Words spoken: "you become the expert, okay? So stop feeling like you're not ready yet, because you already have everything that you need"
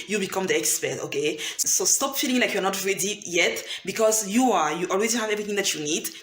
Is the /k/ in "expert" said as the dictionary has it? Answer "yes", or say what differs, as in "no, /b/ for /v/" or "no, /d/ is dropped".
yes